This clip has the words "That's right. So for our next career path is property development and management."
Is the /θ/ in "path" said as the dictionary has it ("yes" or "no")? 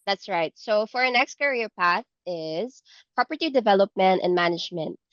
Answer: yes